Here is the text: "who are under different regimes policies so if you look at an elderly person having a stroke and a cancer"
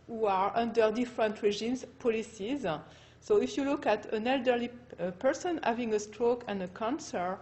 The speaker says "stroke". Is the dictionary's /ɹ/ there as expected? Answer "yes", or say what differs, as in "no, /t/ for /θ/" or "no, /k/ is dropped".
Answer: yes